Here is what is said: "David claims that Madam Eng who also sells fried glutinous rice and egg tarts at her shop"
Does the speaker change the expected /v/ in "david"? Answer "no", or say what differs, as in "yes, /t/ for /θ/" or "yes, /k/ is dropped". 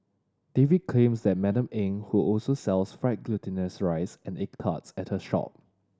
no